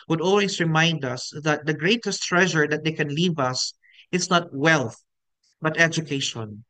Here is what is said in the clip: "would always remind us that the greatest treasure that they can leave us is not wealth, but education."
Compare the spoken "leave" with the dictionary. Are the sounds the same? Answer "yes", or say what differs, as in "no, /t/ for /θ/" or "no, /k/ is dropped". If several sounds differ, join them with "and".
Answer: yes